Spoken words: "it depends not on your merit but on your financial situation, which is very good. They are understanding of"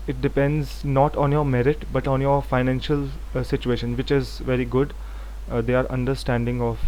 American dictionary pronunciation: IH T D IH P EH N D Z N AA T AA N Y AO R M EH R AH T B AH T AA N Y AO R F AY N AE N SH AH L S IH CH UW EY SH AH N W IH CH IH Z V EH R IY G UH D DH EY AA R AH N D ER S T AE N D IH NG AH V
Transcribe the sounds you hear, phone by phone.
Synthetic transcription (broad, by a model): IH T D IH P EH N D Z N AA T AA N Y AO R M EH R AH T B AH T AA N Y AO R F AY N AE N SH AH L S IH CH UW EY SH AH N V IH CH IH Z V EH R IY G UH D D EY AA R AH N D ER S T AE N D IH NG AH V